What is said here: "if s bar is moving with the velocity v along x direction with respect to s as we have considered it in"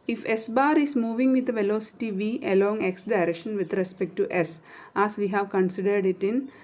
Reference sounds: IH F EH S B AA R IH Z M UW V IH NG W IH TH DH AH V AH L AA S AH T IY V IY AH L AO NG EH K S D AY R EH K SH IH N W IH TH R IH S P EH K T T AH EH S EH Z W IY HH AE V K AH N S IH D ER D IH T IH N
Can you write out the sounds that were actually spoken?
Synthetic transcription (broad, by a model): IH F EH S B AA R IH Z M UW V IH NG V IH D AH V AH L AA S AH T IY V IY AH L AO NG EH K S D AY R EH K SH IH N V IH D R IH S P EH K T T AH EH S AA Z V IY HH AE V K AH N S IH D ER D IH T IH N